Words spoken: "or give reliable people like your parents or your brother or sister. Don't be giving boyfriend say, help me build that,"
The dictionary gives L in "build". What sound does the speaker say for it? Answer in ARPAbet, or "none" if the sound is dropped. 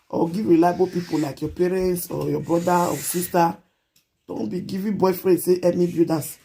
none